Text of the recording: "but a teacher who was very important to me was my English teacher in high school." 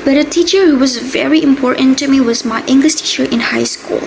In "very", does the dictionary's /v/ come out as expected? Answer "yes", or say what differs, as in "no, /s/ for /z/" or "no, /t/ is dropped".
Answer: yes